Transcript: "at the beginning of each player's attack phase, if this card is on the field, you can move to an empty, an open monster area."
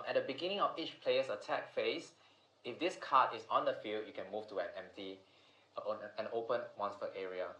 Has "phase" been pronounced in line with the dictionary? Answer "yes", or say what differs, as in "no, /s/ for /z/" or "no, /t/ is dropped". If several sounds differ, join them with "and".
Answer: no, /s/ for /z/